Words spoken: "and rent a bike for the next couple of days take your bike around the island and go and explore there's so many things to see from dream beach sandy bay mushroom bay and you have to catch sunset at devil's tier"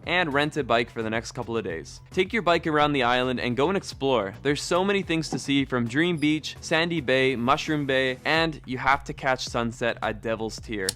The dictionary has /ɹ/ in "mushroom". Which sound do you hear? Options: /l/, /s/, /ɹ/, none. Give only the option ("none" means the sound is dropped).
/ɹ/